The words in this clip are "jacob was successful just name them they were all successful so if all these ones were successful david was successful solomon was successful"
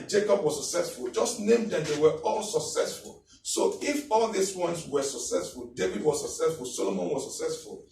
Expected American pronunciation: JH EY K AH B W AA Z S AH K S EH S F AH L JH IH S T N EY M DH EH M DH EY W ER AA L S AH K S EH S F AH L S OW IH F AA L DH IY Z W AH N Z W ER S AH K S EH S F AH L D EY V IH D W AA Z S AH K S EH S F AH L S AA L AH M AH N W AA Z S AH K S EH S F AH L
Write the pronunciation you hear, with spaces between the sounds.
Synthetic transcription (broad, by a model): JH EY K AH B W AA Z S AH K S EH S F AH L JH IH S T N EY M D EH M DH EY W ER AA L S AH K S EH S F AH L S OW IH F AA L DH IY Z W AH N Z W ER S AH K S EH S F AH L D EY V IH D W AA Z S AH K S EH S F AH L S AA L AH M AH N W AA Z S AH K S EH S F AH L